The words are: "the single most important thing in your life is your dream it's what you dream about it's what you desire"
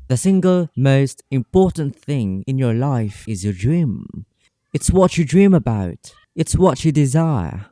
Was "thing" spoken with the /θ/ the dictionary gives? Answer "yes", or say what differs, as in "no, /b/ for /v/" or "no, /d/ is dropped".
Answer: yes